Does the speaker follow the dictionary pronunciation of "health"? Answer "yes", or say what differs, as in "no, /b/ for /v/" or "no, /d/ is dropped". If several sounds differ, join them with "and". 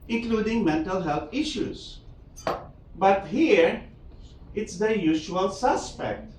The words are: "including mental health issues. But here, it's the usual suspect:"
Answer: no, /t/ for /θ/